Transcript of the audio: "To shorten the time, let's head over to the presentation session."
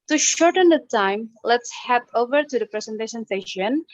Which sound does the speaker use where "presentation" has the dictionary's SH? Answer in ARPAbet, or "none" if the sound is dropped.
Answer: S